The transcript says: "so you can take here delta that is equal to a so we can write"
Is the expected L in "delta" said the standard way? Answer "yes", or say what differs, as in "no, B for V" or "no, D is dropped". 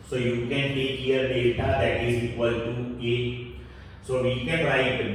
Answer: no, L is dropped